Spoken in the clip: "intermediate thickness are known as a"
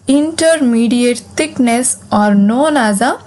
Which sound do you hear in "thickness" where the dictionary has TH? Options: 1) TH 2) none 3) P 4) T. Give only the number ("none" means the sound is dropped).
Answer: 4